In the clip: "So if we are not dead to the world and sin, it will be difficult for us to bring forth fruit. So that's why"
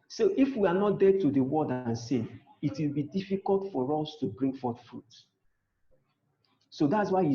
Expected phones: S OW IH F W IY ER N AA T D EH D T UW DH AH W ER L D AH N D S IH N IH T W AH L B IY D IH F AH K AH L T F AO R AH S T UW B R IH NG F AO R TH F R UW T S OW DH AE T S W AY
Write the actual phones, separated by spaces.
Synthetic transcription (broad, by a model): S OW IH F W IY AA N AA T D EH D T UW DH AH W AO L D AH N S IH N IH T W AH L B IY D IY F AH K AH L T F AO R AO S T UW B R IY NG F AO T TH F R UW T S OW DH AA T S W AY